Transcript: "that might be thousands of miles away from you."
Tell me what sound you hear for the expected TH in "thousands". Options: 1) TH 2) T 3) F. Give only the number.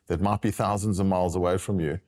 1